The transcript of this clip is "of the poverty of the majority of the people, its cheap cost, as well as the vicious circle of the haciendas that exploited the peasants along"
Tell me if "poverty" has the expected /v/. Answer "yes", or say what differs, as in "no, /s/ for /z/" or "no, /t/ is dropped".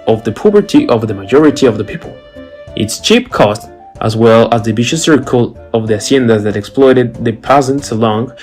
no, /b/ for /v/